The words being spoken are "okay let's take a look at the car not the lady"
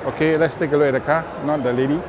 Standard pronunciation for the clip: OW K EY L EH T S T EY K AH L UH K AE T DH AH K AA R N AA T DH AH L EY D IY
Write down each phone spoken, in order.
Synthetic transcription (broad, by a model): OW K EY L EH T S T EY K AH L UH EH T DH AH K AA N AA T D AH L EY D IY